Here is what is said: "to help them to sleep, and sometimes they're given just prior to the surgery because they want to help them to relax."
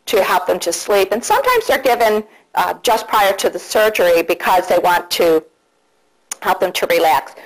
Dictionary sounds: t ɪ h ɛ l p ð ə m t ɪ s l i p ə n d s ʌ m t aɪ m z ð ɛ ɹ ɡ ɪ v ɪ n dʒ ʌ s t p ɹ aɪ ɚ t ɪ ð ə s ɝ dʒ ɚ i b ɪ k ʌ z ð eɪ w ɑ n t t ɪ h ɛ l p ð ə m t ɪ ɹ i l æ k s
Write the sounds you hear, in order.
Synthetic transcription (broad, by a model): t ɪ h ɛ l p ð ə m t ɪ s l i p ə n s ʌ m t aɪ m z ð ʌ ɹ ɡ ɪ v ɪ n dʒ ʌ s p ɹ aɪ ɚ t ɪ ð ə s ɝ dʒ ɚ i b ɪ k ʌ z ð eɪ w ɑ n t t ɪ h ɛ l p ð ə m t ɪ ɹ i l æ k s